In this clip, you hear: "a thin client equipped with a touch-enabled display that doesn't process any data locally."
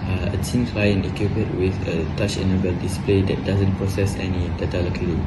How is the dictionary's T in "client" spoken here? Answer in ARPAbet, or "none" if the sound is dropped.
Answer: none